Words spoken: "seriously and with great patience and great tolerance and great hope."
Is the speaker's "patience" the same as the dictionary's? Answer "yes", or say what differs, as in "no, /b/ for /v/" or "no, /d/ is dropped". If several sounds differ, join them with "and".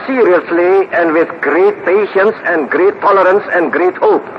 yes